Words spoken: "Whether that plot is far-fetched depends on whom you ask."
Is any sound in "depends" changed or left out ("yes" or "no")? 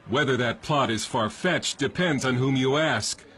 no